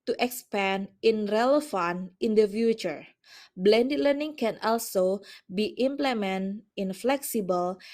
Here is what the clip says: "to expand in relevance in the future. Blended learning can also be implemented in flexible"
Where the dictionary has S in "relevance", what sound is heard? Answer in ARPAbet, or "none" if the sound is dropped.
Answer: none